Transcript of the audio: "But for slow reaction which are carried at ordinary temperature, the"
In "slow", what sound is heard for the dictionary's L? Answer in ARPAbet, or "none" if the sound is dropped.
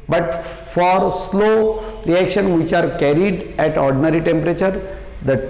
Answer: L